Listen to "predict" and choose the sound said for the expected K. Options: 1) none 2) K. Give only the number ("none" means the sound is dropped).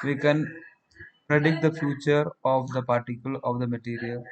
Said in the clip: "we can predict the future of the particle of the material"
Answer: 2